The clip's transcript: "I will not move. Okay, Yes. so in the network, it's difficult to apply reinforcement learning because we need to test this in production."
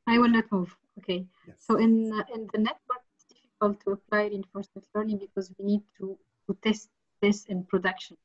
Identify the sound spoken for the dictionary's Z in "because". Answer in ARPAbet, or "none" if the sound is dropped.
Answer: Z